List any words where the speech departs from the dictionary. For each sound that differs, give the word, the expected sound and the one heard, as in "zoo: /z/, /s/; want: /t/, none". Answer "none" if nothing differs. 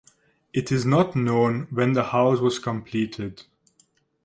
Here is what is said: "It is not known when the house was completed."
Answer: none